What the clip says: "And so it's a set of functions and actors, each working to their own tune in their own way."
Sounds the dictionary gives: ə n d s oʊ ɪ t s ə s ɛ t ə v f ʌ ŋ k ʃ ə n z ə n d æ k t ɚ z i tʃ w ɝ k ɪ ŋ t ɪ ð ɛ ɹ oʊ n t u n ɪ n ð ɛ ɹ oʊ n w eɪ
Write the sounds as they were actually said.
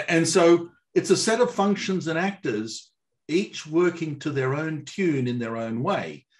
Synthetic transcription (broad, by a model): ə n s oʊ ɪ t s ə s ɛ t ə v f ʌ ŋ k ʃ ə n z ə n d æ k t ɚ z i tʃ w ɝ k ɪ ŋ t ɪ ð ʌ ɹ oʊ n t u n ɪ n ð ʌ ɹ oʊ n w eɪ